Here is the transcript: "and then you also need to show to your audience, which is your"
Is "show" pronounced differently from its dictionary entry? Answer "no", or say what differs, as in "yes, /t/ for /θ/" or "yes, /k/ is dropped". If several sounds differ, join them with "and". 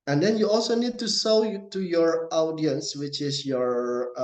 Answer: yes, /s/ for /ʃ/